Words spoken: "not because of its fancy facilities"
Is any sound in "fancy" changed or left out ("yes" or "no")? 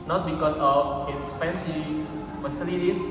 yes